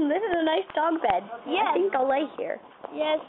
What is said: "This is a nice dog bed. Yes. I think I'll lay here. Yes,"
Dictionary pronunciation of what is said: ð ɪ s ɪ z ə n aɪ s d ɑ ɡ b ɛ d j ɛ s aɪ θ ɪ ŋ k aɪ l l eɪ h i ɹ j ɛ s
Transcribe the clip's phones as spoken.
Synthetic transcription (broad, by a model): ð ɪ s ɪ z ə n aɪ s d ɑ ɡ b ɛ d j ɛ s θ ɪ ŋ k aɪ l l eɪ h i ɹ j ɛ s